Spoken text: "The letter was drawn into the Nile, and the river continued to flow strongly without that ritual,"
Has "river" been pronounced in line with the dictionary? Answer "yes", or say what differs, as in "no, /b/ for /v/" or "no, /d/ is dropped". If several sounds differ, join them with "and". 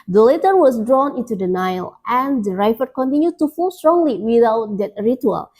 no, /f/ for /v/